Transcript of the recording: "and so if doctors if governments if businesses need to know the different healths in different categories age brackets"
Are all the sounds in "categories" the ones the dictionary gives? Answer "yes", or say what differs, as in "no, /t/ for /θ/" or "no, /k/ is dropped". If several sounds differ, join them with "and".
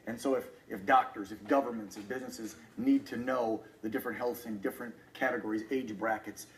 yes